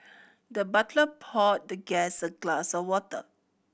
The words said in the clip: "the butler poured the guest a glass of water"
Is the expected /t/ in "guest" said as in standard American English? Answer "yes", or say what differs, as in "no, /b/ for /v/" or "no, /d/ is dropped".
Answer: no, /t/ is dropped